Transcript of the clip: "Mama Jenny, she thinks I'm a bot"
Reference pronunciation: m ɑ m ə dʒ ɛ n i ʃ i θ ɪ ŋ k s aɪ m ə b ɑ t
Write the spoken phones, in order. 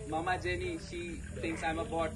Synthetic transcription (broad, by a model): m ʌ m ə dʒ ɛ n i ʃ i t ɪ ŋ k s aɪ m ə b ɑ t